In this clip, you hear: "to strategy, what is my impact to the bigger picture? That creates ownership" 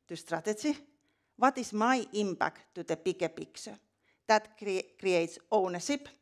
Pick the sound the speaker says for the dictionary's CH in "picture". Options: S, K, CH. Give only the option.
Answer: S